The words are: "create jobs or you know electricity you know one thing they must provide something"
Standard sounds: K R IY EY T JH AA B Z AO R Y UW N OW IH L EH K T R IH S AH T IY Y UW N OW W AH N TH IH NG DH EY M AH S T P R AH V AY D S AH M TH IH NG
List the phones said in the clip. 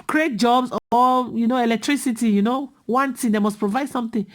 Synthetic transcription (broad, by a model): K R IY EY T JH AA B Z AO L Y UW N OW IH L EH K T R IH S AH T IY Y UW N OW W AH N T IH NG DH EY M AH S P R AH V AY D S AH M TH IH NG